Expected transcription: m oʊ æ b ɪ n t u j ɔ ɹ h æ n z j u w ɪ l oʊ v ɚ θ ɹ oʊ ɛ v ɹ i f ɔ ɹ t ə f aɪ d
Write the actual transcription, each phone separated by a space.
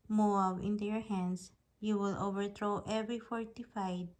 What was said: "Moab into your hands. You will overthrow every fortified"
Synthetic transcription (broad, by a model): m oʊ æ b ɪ n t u j ɔ ɹ h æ n s j u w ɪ l oʊ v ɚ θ ɹ oʊ ɛ v ɹ i f ɔ ɹ t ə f aɪ d